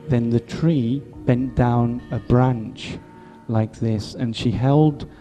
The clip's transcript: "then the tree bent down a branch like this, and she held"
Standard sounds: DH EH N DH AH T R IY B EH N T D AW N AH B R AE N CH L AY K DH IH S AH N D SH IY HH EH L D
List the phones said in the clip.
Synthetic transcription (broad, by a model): DH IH N DH AH T R IY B EH N D AW N AH B R AE N CH L AY K DH IH S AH N SH IY HH EH L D